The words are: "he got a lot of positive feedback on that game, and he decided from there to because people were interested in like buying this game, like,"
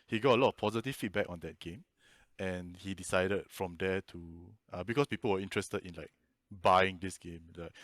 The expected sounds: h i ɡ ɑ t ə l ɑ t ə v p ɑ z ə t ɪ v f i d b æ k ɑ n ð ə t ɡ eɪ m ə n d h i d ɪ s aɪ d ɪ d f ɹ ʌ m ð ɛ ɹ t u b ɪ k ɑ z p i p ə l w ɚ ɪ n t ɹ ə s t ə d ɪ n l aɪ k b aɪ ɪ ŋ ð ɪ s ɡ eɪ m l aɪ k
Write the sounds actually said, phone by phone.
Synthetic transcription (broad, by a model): h i ɡ ɑ t ə l ɑ t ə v p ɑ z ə t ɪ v f i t b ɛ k ɑ n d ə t ɡ eɪ m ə n h i d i s aɪ d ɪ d f ɹ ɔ m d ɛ t u b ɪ k ɑ s p i p ə l w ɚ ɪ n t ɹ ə s t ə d ɪ n l aɪ k b aɪ ɪ ŋ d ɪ s ɡ eɪ m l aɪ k